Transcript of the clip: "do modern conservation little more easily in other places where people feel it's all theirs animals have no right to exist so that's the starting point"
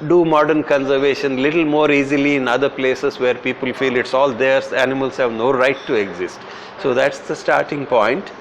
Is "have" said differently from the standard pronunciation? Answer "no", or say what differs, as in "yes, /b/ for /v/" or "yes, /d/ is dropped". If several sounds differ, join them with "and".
no